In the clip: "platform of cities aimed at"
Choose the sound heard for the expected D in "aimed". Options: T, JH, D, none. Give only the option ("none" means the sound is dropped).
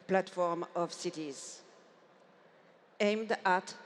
D